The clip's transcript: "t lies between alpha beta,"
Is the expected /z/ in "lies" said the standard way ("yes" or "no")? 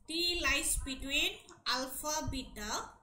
no